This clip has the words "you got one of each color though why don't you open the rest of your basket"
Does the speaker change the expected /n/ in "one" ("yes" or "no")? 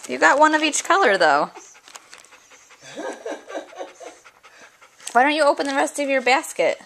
no